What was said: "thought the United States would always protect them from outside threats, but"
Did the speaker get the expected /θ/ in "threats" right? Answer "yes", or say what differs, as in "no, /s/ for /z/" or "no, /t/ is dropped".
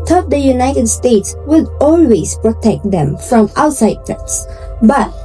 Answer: no, /t/ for /θ/